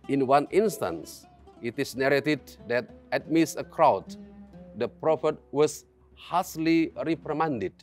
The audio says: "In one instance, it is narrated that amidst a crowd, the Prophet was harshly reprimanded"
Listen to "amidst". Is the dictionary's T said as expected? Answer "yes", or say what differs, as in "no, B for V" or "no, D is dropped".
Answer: no, T is dropped